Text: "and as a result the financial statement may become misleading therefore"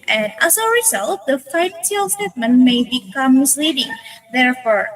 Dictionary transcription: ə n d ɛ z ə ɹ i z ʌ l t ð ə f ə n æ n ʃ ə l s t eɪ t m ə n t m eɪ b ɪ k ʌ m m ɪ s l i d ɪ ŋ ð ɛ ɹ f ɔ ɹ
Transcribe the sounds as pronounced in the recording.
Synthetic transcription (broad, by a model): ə n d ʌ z ə ɹ i z ʌ l t ð ə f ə ɪ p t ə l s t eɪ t m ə n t m eɪ b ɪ k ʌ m m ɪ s l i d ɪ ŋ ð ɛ ɹ f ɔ ɹ